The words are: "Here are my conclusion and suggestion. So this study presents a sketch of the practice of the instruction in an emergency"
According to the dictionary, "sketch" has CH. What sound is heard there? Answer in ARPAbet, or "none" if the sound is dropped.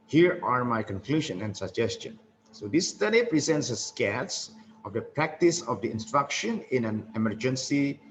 S